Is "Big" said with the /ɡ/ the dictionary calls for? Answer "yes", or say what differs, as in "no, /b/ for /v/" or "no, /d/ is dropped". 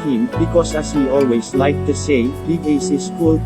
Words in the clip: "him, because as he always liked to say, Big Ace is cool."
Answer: no, /ɡ/ is dropped